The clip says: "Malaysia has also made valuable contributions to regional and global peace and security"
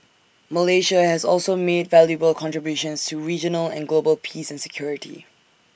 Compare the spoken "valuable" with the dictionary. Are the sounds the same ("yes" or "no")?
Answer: yes